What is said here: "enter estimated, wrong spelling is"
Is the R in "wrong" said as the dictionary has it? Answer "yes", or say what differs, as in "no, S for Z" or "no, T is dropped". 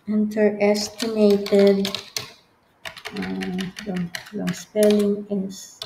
no, L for R